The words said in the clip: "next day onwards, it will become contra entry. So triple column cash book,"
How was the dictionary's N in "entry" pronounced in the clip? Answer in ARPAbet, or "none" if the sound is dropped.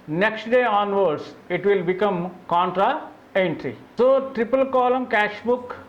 N